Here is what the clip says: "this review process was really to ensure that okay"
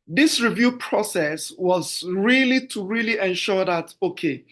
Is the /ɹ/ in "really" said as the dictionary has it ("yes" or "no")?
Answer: yes